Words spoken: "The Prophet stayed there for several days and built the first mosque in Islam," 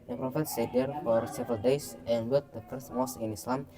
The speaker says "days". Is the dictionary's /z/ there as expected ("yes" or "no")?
no